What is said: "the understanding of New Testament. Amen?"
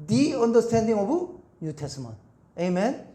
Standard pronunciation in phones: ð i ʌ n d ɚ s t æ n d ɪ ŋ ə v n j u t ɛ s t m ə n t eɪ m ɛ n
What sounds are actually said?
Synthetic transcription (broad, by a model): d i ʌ n d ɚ s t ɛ n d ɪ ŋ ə b n j u t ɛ s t m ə n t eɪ m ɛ n